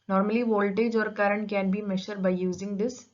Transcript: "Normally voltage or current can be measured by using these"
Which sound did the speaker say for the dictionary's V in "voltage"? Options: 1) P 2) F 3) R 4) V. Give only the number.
4